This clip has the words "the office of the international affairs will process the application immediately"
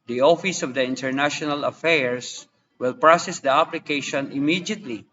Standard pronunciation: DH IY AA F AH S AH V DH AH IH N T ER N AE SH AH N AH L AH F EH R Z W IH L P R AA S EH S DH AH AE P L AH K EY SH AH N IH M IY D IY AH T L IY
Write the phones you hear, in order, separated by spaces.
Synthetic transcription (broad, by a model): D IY AA F AH S AH V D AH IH N T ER N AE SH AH N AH L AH F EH R S W IH L P R AA S EH S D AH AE P L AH K EY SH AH N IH M IY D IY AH T L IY